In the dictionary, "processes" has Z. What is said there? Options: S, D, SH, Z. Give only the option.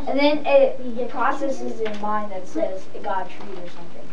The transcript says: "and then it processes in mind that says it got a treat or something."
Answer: Z